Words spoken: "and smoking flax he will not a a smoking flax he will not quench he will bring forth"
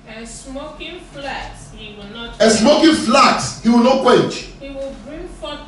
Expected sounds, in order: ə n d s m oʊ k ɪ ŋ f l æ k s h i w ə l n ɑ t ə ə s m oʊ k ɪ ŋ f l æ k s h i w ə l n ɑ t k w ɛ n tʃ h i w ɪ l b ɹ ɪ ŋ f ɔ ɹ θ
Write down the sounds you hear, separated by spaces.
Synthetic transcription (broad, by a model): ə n s m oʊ k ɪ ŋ f l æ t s h i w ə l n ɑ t ə s m oʊ k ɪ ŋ f l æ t s h i w ə l n ɑ t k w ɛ tʃ h i w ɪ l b ɹ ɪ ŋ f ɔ